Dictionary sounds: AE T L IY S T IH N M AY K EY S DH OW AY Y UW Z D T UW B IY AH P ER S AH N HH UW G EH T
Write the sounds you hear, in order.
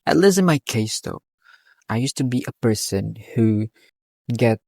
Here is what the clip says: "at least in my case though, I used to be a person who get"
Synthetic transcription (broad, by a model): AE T L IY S IH N M AY K EY S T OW AY Y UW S T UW B IY AH P ER S AH N HH UW G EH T